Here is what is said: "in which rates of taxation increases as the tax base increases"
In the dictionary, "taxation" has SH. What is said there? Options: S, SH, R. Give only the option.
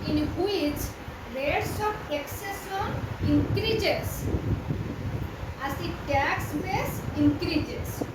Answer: S